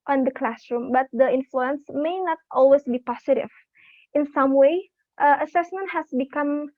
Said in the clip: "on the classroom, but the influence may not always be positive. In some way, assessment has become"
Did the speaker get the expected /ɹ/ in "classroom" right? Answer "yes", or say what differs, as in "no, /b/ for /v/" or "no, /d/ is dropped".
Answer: yes